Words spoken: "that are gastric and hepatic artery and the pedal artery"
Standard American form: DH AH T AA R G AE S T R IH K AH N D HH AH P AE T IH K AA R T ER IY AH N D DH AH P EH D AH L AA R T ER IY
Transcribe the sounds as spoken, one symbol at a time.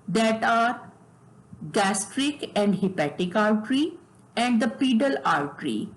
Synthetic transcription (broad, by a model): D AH T AA R G AE S T R IH K AH N D HH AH P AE T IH K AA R T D IY AH N D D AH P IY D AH L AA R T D IY